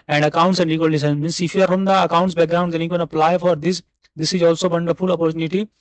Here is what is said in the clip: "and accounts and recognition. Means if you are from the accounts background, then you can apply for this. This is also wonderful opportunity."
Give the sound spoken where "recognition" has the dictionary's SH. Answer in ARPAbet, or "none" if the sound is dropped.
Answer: S